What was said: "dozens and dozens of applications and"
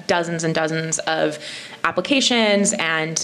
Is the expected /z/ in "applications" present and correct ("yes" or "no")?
yes